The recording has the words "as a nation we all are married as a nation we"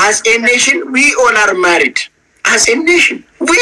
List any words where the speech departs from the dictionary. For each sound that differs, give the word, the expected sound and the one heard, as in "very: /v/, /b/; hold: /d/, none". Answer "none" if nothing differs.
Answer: all: /l/, /n/